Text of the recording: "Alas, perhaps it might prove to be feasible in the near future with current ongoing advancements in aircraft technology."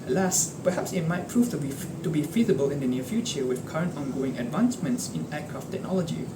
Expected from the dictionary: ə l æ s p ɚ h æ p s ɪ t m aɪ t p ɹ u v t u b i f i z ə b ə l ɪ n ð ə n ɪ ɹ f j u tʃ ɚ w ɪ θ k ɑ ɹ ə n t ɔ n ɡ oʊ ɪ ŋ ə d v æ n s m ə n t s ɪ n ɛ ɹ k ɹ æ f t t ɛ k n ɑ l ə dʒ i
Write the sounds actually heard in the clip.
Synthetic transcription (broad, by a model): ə l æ s p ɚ h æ p s ɪ t m aɪ t p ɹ u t t u b i f i z ə b ə l ɪ n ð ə n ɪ f j u tʃ ɚ w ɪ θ k ɑ ɹ ə n t ɔ n ɡ oʊ ɪ ŋ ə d v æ n s m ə n t s ɪ n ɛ k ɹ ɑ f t t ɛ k n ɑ l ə dʒ i